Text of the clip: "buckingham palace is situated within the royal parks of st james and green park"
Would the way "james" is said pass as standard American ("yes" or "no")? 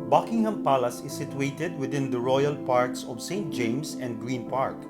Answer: no